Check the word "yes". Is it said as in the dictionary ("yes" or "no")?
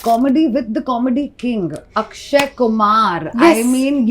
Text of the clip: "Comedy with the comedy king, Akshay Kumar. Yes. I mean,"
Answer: no